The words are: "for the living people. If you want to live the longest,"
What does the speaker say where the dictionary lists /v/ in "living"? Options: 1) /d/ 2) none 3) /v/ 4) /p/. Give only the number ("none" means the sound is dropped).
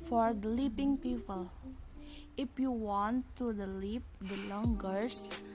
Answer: 4